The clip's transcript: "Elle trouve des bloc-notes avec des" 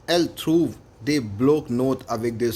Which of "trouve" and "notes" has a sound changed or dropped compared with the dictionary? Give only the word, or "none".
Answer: notes